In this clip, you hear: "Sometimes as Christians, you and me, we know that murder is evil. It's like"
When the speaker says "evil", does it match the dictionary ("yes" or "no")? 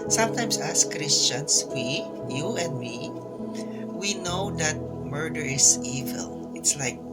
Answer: yes